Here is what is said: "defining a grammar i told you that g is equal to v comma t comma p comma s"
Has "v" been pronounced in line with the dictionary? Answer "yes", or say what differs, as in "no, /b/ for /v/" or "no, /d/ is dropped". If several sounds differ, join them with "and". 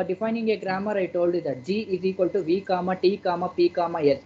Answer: yes